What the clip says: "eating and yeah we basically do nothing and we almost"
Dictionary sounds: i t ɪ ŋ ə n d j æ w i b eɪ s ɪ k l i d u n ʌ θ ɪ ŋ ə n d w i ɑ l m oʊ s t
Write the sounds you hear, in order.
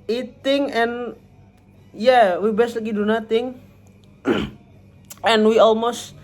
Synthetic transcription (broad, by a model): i t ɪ ŋ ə n j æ w i b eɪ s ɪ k i d u n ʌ t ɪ ŋ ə n w i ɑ l m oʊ s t